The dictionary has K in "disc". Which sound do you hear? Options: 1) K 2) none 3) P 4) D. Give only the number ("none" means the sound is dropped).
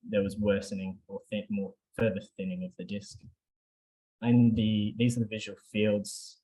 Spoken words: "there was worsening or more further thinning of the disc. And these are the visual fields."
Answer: 1